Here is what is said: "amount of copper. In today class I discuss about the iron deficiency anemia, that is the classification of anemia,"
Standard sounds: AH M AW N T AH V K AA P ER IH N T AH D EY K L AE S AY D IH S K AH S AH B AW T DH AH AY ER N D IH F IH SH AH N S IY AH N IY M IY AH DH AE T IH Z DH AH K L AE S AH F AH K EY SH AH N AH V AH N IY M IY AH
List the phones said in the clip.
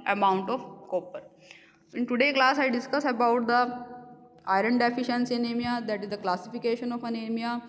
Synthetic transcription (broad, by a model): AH M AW N T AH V K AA P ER IH N T AH D EY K L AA S AY D IH S K AH S AH B AW T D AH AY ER N D IH F IH SH AH N S IY N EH M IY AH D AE T IH Z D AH K L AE S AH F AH K EY SH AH N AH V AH N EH M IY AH